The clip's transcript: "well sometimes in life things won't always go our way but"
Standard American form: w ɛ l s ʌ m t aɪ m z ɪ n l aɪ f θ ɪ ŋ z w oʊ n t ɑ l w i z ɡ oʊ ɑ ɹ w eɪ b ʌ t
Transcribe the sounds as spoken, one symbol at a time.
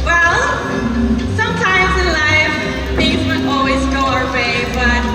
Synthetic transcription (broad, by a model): w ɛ l s ʌ m t aɪ m z ɪ n l aɪ f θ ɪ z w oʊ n ɑ l w i z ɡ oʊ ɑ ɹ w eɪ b ʌ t